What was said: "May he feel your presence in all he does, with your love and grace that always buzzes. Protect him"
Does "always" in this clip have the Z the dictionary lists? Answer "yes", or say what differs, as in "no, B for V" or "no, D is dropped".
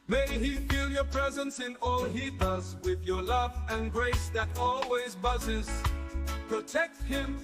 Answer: yes